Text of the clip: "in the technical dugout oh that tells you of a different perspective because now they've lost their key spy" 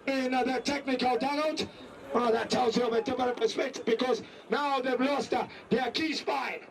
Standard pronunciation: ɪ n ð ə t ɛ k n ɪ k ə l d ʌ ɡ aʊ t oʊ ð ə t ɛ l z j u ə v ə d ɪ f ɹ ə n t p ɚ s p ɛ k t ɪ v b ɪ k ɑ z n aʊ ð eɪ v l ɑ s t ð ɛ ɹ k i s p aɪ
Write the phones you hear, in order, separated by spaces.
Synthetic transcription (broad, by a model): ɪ n ð ə t ɛ k n ɪ k ə l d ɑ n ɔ oʊ ð ə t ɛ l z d ə v ə d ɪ f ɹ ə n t p ɚ s p ɛ k t ɪ v b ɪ k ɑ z n aʊ ð eɪ v l ɑ s t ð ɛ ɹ k i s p aɪ